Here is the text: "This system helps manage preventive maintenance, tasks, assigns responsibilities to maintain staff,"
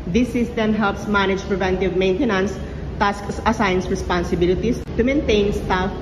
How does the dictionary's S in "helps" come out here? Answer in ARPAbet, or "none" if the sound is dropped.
S